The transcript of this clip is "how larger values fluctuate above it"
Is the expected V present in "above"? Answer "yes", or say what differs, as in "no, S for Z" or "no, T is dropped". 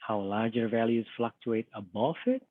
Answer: no, F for V